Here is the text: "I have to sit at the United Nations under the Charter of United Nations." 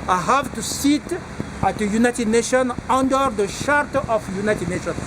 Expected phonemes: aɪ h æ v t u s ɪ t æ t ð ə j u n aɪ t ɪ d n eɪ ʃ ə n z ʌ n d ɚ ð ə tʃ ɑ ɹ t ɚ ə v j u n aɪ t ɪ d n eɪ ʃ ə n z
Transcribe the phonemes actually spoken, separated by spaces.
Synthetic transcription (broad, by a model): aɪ h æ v t u s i t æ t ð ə j u n aɪ t ɪ d n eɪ ʃ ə n ʌ n d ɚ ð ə ʃ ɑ ɹ t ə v j u n aɪ t ɪ d n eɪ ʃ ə n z